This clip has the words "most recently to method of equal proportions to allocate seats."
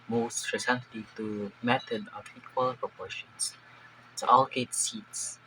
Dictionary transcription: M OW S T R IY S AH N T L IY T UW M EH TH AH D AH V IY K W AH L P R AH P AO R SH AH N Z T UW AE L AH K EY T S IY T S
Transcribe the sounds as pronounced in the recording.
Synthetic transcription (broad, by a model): M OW S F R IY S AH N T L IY T UW M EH T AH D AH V IY K W AH L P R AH P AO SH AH N S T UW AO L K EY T S IY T S